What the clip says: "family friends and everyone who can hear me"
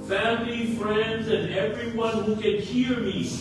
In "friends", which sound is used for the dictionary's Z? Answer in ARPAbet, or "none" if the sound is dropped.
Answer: Z